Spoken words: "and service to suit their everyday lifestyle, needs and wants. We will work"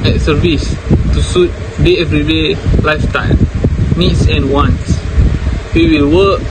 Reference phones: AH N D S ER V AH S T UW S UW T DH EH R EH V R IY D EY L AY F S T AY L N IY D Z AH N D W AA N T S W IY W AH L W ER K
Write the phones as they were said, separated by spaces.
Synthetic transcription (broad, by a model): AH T S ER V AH S T UW S UW T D EH EH V R IY D EY L AY F T AY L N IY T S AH N W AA N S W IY W AH L W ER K